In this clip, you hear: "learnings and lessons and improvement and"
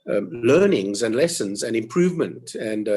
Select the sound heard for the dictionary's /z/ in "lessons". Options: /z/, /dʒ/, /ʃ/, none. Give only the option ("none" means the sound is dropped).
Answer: /z/